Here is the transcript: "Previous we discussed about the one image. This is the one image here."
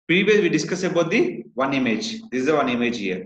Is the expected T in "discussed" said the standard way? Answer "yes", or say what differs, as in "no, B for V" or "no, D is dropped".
no, T is dropped